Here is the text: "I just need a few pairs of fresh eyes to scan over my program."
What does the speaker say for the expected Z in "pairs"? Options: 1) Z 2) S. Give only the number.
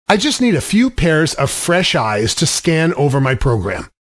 1